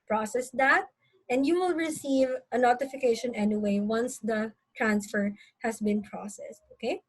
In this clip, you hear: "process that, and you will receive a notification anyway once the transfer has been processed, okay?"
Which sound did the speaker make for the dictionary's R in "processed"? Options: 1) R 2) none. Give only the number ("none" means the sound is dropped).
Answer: 1